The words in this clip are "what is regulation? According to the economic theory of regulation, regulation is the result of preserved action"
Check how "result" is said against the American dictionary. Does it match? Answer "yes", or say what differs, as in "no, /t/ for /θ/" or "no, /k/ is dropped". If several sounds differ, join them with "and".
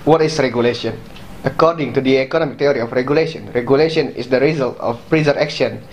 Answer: yes